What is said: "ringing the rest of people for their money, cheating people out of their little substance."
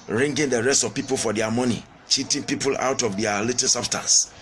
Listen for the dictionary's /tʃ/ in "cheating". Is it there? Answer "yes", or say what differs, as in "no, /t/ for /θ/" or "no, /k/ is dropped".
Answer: yes